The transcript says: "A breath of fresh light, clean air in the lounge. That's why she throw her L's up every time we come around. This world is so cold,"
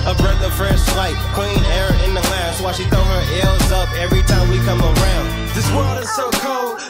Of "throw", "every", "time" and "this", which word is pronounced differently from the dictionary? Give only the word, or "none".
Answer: throw